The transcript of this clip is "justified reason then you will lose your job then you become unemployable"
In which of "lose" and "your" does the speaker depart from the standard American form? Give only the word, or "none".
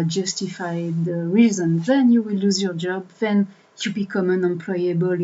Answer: none